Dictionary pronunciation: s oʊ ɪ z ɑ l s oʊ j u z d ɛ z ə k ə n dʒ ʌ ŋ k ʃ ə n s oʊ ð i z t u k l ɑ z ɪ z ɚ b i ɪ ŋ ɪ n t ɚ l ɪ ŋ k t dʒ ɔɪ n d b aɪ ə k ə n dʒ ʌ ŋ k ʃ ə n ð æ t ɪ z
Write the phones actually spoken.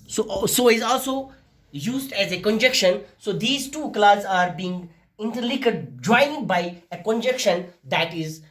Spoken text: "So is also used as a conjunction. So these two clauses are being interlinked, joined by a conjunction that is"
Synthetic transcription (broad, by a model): s oʊ ɪ z ɑ l s oʊ j u z d ɛ z ə k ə n dʒ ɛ k ʃ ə n s oʊ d i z t u k l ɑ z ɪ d b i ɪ ŋ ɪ n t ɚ l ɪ k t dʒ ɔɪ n b aɪ ə k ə n dʒ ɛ k ʃ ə n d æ t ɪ z